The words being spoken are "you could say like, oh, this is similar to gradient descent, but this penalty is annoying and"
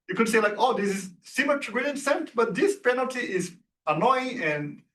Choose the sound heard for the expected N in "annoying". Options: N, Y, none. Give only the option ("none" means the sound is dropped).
N